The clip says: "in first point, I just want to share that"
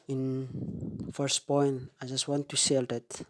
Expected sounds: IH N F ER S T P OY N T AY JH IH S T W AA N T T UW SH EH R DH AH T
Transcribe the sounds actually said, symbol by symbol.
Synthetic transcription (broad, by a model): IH N F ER S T P OY N T AY JH IH S T W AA N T T UW S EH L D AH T